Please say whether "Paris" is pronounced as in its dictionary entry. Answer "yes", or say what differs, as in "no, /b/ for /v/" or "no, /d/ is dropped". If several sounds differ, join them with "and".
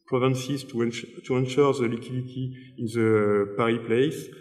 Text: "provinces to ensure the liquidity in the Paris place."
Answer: no, /s/ is dropped